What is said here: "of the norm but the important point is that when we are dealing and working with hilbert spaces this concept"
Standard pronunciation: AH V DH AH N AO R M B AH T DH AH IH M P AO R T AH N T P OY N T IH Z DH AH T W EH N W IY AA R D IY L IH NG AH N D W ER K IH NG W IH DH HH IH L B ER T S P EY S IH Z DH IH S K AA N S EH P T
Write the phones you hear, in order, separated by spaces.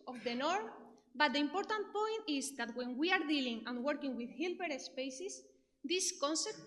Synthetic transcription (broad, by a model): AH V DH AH N AO R M B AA T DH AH IH M P AO R T AH N T P OY N T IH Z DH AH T W EH N W IY AA R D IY L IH NG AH N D W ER K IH NG W IH DH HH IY L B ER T S P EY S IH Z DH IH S K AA N S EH P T